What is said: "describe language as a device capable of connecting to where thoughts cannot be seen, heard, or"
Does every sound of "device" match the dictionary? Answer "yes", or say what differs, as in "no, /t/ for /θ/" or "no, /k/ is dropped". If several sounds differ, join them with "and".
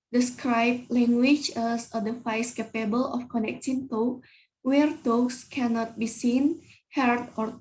no, /f/ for /v/